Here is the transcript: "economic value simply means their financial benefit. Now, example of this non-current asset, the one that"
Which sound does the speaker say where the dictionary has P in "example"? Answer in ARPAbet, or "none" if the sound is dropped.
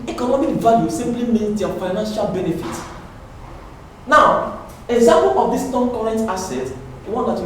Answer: none